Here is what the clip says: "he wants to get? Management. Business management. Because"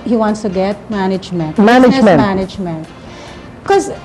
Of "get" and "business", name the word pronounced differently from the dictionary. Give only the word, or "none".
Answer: business